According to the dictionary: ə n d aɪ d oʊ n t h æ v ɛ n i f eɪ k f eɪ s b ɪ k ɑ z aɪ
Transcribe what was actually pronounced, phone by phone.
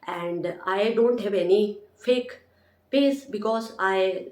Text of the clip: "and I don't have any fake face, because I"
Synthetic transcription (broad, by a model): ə n d aɪ d oʊ n t h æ v ɛ n i f eɪ k p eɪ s b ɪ k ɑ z aɪ